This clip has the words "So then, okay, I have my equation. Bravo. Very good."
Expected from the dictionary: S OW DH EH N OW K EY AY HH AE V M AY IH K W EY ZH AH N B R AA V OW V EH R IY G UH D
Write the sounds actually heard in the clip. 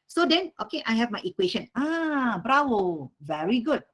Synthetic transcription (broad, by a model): S OW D EH N OW K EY AY HH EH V M AY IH K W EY SH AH N B R AA W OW V EH R IY G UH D